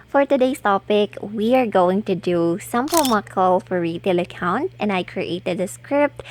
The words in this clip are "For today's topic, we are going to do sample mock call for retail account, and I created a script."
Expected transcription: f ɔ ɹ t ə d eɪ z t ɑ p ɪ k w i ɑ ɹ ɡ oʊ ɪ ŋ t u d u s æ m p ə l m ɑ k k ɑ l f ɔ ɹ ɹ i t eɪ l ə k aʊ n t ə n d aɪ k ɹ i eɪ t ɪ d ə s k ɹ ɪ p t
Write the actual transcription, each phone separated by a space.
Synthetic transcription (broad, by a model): f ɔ ɹ t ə d eɪ s t ɑ p ɪ k w i ɑ ɹ ɡ oʊ ɪ ŋ t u d u s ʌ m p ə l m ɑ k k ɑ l f ɔ ɹ ɹ i t eɪ l ə k aʊ n t ə n d aɪ k ɹ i eɪ t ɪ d ə s k ɹ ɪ p t